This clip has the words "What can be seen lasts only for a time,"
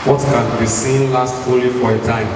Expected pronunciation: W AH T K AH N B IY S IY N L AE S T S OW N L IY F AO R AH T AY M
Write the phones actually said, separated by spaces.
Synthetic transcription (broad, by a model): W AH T K AH N B IY S IY N L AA S T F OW L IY F AO R AH T AY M